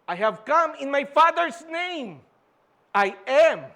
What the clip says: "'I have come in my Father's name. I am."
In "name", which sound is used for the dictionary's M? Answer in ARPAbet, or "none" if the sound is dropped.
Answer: M